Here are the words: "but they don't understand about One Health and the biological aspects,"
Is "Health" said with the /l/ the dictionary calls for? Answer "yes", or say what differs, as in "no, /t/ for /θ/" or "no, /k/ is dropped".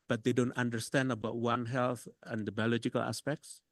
yes